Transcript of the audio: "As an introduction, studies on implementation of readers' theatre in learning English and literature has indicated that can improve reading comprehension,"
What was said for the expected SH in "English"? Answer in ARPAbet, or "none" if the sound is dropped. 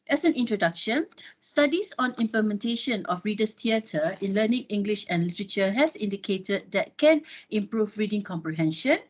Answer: SH